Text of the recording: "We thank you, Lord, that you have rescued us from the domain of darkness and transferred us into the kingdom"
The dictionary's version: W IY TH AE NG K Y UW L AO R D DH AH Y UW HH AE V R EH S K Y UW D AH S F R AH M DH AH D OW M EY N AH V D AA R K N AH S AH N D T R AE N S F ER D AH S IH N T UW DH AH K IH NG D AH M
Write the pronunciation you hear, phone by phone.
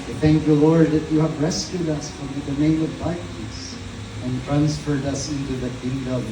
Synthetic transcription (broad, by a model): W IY TH AE NG K Y UW L AO R D DH AH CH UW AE V R EH S K Y UW D AH S F R AH M DH AH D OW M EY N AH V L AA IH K AH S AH N T R AE N S F ER D AH S IH N T UW DH AH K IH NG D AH